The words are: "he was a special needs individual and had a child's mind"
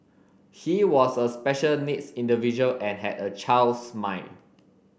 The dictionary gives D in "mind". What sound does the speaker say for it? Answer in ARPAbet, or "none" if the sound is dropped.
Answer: none